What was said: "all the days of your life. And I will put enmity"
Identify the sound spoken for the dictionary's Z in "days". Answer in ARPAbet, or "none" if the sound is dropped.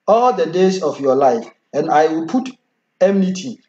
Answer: S